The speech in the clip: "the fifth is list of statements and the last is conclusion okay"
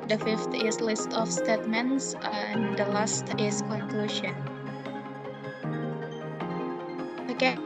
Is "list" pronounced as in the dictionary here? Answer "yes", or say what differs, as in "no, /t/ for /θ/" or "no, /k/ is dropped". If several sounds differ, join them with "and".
yes